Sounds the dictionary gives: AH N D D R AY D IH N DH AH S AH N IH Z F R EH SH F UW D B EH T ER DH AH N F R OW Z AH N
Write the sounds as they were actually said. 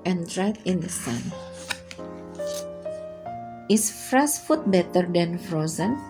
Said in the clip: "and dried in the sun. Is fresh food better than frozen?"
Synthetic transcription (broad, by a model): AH N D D R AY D IH N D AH S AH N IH S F R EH S F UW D B EH T ER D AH N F R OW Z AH N